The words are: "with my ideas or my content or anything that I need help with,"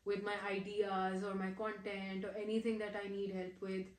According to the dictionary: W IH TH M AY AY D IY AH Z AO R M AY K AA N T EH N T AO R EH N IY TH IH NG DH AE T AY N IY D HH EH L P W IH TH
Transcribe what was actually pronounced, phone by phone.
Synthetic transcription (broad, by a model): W IH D M AY AY D IY AH Z AO R M AY K AA N T EH N T AO R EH N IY T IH NG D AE T AY N IY D HH EH L P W IH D